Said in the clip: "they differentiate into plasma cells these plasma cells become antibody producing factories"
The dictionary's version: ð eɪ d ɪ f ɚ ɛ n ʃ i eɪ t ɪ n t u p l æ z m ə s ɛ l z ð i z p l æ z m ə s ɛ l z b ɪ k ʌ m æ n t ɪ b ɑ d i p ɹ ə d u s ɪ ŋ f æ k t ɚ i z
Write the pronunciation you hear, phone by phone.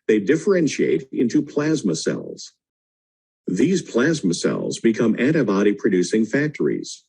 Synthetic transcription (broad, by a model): ð eɪ d ɪ f ɚ ɛ n ʃ i eɪ t ɪ n t u p l æ z m ə s ɛ l z ð i z p l æ z m ə s ɛ l z b ɪ k ʌ m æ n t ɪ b ɑ d i p ɹ ə d u s ɪ ŋ f æ k t ɚ i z